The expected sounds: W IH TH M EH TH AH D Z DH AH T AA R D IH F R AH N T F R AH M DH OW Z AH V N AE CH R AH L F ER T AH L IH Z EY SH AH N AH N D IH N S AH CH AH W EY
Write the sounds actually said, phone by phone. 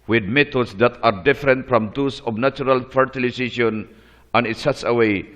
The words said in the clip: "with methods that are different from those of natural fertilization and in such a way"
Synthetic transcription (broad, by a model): W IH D M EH T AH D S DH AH T AA R D IH F R AH N T F R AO M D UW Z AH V N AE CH R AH L F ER T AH L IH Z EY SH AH N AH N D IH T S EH S AH W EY